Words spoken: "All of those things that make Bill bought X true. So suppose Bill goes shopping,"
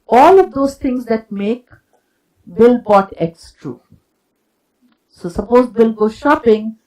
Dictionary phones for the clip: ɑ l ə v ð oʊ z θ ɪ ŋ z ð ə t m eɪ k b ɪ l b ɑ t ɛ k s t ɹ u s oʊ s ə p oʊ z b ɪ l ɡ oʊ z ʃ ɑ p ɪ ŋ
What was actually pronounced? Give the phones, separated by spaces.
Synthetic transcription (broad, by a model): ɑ l ə v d oʊ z t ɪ ŋ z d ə t m eɪ k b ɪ l b ɑ t ɛ k s t ɹ u s oʊ s ə p oʊ z b ɪ l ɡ oʊ ʃ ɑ p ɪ ŋ